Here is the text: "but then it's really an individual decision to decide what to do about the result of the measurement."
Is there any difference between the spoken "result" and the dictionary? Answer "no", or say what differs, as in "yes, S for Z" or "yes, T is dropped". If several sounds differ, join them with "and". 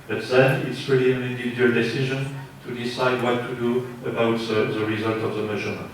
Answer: no